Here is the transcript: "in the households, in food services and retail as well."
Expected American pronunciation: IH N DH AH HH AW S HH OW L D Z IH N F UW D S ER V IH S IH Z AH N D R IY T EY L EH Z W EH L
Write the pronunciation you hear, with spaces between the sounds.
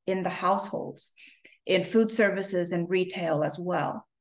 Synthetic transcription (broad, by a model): IH N DH AH HH AW S HH OW L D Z IH N F UW D S ER V IH S IH Z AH N R IY T EY L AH Z W EH L